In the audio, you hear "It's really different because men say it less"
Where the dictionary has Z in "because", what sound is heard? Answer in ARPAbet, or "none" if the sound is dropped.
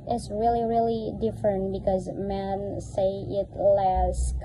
Z